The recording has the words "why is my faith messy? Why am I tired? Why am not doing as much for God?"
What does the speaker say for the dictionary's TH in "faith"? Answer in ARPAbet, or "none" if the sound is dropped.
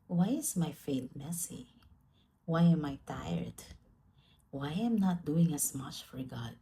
T